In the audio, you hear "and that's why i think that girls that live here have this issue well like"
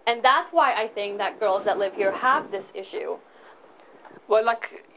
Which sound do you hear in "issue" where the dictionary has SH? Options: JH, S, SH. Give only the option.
SH